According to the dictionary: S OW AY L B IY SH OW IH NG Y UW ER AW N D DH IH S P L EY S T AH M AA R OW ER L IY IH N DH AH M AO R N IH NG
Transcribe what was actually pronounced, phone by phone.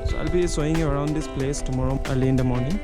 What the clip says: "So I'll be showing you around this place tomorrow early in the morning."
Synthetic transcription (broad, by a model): S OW AY L B IY S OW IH NG Y UW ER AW N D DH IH S P L EY S T AH M AA R OW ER L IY IH N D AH M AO R N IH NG